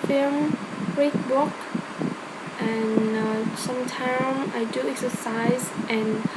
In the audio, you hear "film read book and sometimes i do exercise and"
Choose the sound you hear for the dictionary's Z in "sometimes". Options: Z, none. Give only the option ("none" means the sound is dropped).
none